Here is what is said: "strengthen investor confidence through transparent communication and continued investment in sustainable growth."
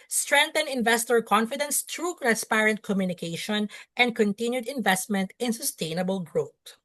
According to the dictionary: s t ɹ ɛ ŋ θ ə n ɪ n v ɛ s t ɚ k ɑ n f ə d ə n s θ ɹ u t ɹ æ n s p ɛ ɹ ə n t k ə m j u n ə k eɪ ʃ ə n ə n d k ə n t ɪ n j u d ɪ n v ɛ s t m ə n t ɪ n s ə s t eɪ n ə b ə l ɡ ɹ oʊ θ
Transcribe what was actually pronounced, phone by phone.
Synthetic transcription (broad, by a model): s t ɹ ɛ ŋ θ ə n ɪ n v ɛ s t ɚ k ɑ n f ə d ə n s t ɹ u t ɹ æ n s p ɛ ɹ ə n t k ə m j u n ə k eɪ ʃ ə n ə n d k ə n t ɪ n j u d ɪ n v ɛ s t m ə n t ɪ n s ə s t eɪ n ə b ə l ɡ ɹ oʊ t